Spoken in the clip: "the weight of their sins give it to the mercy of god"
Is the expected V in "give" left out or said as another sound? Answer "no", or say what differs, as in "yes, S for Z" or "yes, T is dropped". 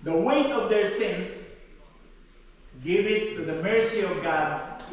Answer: no